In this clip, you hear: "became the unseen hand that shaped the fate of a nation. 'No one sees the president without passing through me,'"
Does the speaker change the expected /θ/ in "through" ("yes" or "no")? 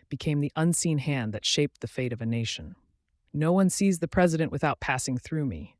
no